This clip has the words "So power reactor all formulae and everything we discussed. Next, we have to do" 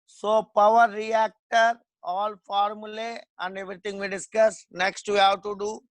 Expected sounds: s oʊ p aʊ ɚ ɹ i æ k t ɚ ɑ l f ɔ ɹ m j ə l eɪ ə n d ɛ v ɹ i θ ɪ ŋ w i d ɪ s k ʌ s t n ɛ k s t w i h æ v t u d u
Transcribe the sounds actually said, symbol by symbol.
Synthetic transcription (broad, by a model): s oʊ p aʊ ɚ ɹ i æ k t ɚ ɑ l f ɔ ɹ m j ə l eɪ ə n d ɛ v ɹ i t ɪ ŋ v i d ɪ s k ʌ s n ɛ k s t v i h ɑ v t u d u